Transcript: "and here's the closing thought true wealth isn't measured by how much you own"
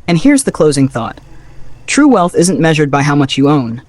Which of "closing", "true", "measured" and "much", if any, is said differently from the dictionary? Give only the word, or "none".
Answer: none